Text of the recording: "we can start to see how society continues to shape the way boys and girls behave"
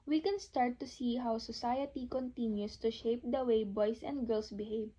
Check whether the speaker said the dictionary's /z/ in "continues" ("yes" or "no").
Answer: no